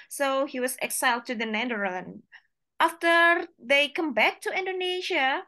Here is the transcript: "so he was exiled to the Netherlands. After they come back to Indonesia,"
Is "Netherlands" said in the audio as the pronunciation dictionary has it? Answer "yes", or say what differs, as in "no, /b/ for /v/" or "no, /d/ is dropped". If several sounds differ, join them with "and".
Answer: no, /l/ is dropped